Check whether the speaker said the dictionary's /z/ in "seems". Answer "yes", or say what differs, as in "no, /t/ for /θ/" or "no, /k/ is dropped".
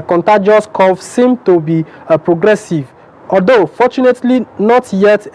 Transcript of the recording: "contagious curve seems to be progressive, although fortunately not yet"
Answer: no, /z/ is dropped